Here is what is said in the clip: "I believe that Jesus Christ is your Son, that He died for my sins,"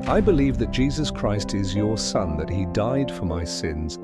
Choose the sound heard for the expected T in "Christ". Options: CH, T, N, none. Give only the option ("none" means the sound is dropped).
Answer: T